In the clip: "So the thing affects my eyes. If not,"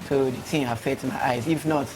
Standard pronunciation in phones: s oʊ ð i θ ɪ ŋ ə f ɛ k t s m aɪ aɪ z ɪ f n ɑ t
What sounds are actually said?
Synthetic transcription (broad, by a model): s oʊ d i t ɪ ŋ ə f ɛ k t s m aɪ aɪ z ɪ f n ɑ t